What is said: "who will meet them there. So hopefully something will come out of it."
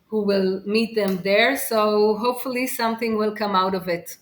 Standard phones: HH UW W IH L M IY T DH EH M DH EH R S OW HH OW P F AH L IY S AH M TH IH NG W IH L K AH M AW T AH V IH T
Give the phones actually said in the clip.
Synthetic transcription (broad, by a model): HH UW W IH L M IY T DH EH M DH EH R S OW HH OW P F AH L IY S AH M TH IH NG W IH L K AH M AW T AH V IH T